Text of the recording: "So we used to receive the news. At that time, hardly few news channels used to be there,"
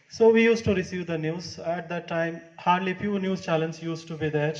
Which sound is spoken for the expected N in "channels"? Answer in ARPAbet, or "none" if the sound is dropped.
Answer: L